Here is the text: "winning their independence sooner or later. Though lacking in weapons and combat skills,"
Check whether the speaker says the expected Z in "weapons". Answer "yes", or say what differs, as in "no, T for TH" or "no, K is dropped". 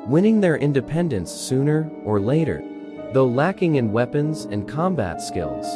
yes